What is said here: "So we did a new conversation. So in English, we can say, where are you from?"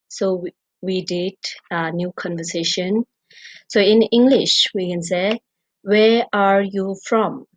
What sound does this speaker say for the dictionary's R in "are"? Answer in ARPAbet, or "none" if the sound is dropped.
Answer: R